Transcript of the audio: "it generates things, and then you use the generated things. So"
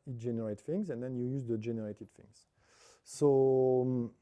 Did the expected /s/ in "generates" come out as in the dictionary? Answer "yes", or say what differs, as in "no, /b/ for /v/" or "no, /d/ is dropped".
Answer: no, /s/ is dropped